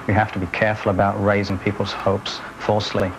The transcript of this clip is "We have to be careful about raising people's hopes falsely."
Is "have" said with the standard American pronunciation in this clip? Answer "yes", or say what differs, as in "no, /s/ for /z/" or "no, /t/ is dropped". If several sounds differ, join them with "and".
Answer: no, /f/ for /v/